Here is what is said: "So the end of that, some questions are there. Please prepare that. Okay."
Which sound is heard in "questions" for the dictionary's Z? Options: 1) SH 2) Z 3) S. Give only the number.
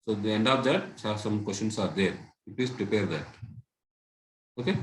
3